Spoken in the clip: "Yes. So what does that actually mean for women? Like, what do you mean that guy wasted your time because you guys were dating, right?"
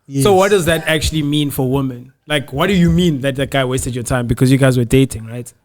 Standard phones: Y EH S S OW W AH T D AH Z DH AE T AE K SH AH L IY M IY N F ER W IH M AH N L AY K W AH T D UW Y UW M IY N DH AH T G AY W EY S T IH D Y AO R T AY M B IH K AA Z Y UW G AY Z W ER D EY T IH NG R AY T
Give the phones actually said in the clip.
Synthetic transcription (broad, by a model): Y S S OW W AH T D AH Z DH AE T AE K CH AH L IY M IY N F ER W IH M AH N L AY K W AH T D UW Y UW M IY N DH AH T G AY W EY S T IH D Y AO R T AY M B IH K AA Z Y UW G AY Z W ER D EY T IH NG R AY T